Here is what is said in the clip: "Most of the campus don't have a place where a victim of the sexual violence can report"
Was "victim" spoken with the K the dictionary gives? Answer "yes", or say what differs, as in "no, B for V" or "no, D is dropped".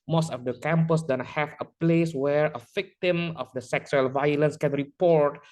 yes